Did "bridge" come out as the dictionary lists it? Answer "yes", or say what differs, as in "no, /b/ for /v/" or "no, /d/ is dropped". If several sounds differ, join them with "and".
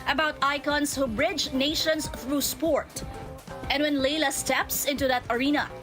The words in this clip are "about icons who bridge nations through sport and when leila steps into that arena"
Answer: yes